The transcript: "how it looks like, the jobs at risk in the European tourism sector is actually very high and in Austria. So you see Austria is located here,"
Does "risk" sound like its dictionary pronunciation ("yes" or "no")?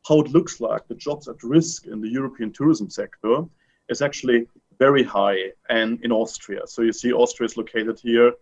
yes